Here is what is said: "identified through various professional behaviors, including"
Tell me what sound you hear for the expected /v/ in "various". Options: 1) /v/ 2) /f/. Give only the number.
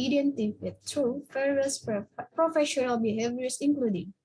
2